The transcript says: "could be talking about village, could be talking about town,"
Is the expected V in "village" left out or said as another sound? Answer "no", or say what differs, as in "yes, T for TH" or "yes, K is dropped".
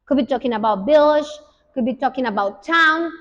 yes, B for V